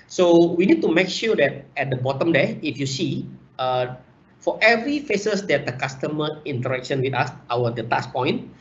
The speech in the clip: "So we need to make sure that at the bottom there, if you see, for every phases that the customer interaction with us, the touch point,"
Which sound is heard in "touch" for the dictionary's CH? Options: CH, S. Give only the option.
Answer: S